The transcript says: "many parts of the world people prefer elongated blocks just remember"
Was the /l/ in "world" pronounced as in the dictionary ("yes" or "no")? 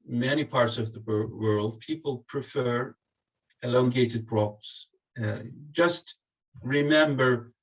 yes